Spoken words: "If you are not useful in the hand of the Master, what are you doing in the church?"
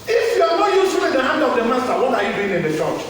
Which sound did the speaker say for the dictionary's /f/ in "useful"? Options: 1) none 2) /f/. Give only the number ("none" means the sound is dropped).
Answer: 1